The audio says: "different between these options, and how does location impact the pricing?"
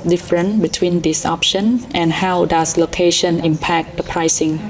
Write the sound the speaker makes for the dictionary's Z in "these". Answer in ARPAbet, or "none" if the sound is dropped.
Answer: S